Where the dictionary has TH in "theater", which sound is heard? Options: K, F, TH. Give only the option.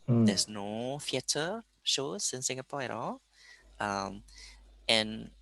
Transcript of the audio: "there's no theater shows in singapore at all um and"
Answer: F